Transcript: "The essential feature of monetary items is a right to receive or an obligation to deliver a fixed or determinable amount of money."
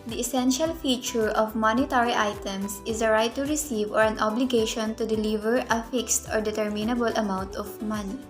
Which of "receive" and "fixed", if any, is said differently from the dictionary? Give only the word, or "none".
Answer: none